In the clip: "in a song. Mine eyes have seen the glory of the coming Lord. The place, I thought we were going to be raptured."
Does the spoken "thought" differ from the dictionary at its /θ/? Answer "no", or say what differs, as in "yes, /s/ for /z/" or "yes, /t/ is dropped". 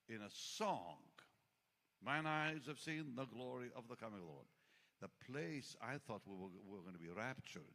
no